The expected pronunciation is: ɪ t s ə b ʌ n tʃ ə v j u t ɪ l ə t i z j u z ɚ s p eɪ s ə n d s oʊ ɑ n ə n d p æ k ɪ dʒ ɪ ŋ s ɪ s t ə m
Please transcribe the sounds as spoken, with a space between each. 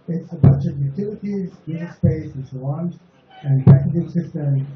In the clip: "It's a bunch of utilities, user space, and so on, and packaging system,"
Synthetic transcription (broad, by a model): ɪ t s ə b ʌ n tʃ ə v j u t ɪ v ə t i z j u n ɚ s p eɪ s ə n s oʊ ɑ n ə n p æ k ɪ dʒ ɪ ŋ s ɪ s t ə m